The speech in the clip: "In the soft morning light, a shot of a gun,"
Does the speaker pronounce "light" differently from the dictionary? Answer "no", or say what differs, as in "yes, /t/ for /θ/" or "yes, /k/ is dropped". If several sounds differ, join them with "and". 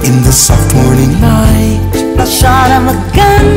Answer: yes, /n/ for /l/